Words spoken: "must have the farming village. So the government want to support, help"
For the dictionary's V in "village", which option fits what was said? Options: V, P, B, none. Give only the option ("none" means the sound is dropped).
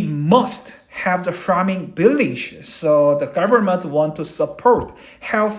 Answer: B